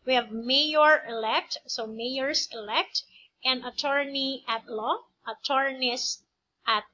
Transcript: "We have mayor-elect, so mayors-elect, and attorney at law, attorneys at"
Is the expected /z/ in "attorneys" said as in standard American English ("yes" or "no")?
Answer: no